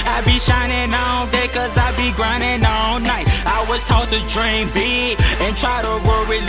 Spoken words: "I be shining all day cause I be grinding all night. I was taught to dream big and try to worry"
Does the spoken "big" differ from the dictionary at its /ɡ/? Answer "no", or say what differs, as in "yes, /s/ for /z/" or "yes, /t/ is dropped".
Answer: yes, /ɡ/ is dropped